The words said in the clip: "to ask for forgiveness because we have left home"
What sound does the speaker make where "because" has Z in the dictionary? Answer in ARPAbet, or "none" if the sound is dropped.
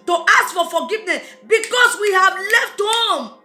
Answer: S